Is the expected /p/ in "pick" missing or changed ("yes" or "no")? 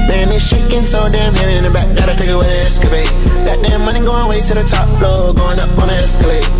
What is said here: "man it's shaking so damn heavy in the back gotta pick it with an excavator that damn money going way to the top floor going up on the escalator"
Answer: yes